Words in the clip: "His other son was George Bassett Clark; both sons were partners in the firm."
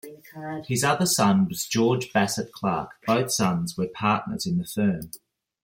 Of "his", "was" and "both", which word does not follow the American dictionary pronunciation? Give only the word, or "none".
none